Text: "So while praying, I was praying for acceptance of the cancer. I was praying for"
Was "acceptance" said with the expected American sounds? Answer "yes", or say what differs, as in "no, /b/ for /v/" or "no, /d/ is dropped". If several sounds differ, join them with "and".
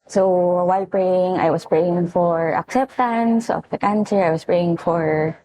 yes